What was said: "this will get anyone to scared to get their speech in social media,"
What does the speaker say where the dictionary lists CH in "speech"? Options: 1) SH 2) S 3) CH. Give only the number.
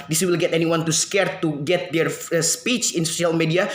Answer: 3